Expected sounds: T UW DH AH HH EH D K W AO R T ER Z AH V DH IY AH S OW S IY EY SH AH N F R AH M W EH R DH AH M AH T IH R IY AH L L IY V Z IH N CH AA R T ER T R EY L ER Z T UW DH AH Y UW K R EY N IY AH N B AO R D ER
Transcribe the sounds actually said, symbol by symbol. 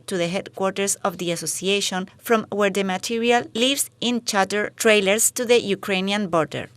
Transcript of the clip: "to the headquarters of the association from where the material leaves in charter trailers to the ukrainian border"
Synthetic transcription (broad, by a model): T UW DH AH HH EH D K W AO R T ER S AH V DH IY AH S OW S IY EY SH AH N F R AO M W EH R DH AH M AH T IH R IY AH L L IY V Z IH N CH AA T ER T R EY L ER S T UW DH AH Y UW K R EY N IY AH N B AO R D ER